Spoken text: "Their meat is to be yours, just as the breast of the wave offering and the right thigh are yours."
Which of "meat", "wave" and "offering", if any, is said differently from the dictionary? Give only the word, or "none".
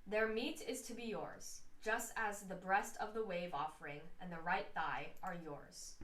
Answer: none